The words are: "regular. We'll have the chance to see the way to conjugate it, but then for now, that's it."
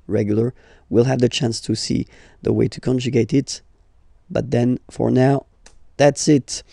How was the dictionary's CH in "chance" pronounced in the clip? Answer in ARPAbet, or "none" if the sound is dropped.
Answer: CH